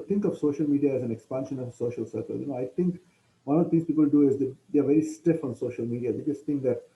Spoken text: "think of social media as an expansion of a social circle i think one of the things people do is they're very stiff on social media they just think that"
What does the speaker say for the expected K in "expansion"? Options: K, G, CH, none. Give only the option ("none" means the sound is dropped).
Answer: K